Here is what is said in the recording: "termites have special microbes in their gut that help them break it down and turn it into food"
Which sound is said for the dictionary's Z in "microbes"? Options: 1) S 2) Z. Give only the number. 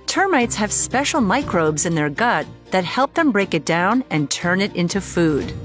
2